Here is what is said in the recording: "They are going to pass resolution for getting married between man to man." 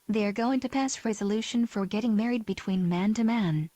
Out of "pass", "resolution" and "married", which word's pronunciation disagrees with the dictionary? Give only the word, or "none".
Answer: none